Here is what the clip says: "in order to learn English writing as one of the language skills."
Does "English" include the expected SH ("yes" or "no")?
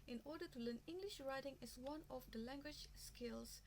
yes